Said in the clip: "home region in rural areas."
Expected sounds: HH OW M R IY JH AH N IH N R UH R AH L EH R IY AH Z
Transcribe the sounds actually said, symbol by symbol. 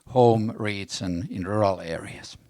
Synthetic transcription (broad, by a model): HH OW M R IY Z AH N IH N R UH R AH L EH R IY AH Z